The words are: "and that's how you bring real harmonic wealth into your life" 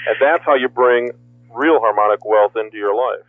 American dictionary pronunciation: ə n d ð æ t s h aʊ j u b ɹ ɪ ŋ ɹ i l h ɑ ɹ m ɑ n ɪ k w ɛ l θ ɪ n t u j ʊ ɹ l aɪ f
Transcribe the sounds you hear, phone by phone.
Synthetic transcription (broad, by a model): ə n ð æ t s h aʊ j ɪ b ɹ ɪ ŋ ɹ i l h ɑ ɹ m ɑ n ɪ k w ɛ l θ ɪ n t u j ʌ ɹ l aɪ f